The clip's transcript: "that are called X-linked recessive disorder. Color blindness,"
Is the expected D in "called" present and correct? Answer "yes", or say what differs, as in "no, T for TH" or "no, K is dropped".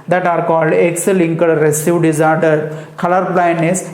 yes